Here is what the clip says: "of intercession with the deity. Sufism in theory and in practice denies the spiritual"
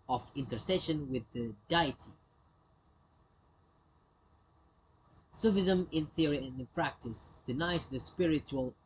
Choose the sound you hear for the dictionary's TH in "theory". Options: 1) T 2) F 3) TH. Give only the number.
3